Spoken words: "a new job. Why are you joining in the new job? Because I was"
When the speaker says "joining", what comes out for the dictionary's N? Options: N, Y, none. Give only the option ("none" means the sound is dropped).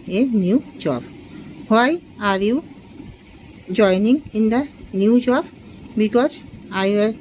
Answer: N